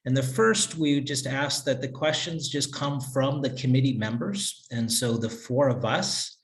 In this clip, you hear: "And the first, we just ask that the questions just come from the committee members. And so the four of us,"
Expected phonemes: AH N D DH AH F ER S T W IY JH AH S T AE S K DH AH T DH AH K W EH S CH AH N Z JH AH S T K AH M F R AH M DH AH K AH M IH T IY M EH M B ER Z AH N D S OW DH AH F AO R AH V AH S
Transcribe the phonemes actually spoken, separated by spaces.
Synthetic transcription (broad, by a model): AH N DH AH F ER S T W IY JH AH S T AE S K DH AH T DH AH K W EH S CH AH N Z JH AH S K AH M F R AH M DH AH K AH M IH T IY M EH M B ER Z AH N S OW DH AH F AO R AH V AH S